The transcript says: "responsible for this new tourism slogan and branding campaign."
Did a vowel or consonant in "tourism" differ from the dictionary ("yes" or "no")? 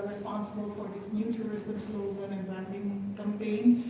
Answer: yes